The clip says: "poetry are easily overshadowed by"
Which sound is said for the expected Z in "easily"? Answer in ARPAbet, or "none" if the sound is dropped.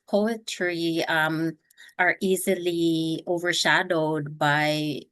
Z